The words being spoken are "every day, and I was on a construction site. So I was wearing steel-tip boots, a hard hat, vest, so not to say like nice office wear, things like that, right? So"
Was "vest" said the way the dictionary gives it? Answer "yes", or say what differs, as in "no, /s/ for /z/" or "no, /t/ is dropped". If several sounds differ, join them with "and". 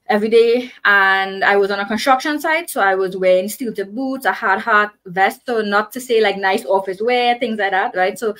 yes